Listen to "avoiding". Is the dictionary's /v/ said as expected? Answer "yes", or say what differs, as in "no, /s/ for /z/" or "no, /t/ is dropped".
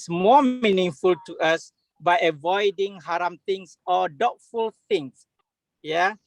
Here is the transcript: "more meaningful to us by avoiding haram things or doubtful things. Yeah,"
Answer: yes